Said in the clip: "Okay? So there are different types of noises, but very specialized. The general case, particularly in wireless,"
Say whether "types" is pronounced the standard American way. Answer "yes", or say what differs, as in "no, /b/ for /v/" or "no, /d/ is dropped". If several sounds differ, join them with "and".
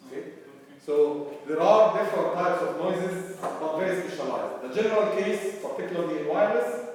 yes